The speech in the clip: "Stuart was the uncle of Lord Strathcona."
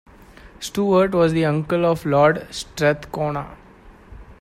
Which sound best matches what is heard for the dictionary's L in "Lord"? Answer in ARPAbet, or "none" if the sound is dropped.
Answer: L